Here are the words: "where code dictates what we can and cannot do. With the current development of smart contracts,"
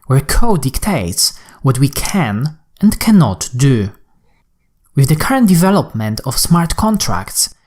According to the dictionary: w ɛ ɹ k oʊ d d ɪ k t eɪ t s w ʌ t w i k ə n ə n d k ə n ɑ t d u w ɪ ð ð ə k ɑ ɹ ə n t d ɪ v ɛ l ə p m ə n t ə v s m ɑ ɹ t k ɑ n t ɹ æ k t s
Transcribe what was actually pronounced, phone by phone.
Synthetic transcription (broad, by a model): w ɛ ɹ k oʊ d d ɪ k t eɪ t s w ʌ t w i k ə n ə n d k ə n ɑ t d u w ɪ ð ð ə k ɑ ɹ ə n t d ɪ v ɛ l ə p m ə n t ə f s m ɑ ɹ t k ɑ n t ɹ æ k t s